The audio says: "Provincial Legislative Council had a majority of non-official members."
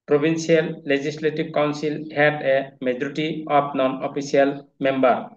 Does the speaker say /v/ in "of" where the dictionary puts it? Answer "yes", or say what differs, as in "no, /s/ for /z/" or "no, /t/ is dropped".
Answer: no, /p/ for /v/